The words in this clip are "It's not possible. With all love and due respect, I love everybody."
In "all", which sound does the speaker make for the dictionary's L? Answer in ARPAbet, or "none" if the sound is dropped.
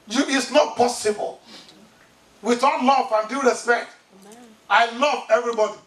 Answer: N